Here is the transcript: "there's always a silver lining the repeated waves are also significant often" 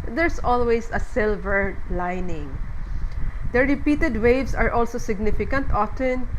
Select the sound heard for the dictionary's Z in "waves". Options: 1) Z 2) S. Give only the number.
2